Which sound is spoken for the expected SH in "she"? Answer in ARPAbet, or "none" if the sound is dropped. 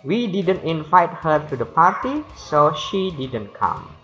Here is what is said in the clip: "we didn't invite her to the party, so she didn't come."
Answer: SH